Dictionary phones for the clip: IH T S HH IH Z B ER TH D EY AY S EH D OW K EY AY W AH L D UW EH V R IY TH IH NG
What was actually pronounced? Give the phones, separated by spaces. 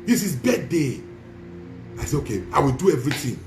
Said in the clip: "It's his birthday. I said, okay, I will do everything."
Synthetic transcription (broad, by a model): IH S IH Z B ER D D EY AY S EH OW K EY AY W AH L D UW EH V R IY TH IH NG